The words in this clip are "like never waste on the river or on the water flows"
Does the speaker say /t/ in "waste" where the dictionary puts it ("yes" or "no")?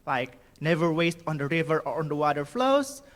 yes